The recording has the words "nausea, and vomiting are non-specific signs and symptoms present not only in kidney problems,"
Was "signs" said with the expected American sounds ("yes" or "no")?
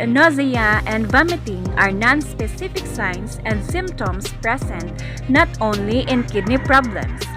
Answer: no